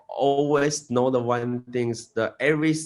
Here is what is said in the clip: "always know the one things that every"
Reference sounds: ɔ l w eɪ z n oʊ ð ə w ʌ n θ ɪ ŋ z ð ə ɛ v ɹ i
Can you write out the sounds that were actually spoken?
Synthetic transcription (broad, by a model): ɔ l w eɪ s n oʊ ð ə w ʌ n t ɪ ŋ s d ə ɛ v ɹ i